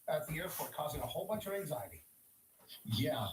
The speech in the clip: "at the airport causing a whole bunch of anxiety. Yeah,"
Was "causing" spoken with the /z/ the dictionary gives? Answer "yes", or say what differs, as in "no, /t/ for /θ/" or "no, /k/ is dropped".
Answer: yes